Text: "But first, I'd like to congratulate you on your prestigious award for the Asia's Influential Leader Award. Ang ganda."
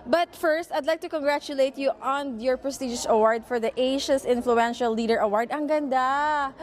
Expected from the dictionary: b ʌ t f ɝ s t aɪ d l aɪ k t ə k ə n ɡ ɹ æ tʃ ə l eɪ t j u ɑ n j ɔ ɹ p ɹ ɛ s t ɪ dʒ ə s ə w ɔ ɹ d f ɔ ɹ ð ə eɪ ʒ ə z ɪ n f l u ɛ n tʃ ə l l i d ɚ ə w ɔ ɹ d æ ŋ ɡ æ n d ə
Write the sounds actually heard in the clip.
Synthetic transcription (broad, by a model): b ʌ t f ɝ s t aɪ d l aɪ k t ə k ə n ɡ ɹ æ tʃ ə l eɪ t j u ɑ n j ɔ ɹ p ɹ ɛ s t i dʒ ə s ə w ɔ ɹ d f ɔ ɹ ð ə eɪ ʃ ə s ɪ n f l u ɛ n ʃ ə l l i d ɚ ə w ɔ ɹ d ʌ ŋ ɡ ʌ n d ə